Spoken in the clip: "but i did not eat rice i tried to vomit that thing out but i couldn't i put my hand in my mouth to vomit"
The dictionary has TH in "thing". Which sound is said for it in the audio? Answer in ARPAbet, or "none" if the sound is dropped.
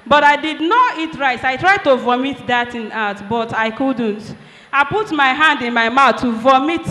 T